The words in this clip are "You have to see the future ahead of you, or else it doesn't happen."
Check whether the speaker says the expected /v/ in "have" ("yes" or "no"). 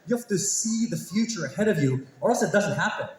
no